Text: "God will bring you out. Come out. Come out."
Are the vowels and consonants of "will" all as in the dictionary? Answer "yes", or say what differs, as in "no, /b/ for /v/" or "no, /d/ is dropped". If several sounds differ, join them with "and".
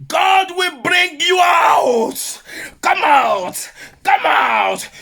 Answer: yes